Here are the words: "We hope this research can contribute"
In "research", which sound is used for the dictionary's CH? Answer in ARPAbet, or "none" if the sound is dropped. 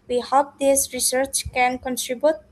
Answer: CH